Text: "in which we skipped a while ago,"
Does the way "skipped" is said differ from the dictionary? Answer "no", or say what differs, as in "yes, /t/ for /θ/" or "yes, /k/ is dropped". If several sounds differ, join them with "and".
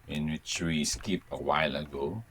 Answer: yes, /t/ is dropped